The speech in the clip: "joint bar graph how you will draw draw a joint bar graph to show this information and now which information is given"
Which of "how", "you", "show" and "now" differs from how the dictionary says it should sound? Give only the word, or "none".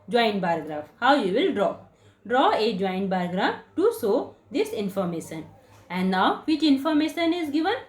show